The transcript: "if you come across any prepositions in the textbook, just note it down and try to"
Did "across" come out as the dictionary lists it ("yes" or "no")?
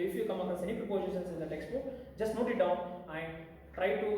no